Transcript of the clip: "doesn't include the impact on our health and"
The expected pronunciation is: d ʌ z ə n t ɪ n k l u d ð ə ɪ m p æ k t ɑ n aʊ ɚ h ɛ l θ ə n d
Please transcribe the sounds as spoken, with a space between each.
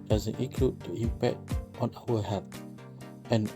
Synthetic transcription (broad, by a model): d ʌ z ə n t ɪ k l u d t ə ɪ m p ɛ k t ɑ n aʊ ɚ h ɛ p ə n